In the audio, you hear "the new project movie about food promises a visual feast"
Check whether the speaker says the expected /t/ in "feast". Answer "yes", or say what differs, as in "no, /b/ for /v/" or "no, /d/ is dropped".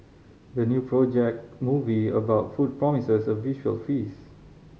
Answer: no, /t/ is dropped